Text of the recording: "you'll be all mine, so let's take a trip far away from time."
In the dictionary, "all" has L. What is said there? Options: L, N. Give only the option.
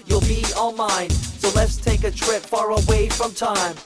N